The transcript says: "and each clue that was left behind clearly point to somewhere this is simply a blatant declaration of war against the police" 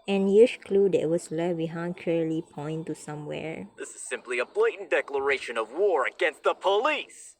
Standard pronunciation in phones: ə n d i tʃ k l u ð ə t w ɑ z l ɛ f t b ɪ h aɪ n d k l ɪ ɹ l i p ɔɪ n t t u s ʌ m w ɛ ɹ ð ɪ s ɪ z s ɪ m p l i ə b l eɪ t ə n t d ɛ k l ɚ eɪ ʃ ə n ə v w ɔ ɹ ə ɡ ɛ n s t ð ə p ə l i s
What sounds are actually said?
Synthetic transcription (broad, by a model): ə n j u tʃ k l u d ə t w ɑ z l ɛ t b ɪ h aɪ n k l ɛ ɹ l i p ɔɪ n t t u s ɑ m w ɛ ɹ ð ɪ s ɪ z s ɪ m p l i ə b l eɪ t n d ɛ k l ɚ eɪ ʃ ə n ə v w ɔ ɹ ə ɡ ɛ n s t ð ə p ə l i s